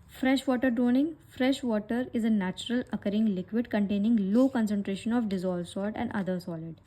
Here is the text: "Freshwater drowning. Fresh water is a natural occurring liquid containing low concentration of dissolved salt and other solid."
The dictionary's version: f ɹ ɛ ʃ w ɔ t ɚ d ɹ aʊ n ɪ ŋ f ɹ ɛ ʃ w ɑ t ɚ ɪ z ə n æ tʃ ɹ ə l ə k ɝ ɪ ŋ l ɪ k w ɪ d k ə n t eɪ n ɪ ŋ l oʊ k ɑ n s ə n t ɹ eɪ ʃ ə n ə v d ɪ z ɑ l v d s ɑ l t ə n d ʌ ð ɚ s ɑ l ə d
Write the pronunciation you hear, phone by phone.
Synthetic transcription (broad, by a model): f ɹ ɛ ʃ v ɔ t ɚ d ɹ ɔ n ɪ ŋ f ɹ ɛ ʃ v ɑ t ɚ ɪ z ə n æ tʃ ɹ ə l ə k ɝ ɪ ŋ l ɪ k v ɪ d k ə n t eɪ n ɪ ŋ l oʊ k ɑ n s ə n t ɹ eɪ ʃ ə n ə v d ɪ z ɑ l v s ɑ t ə n d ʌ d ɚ s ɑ l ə d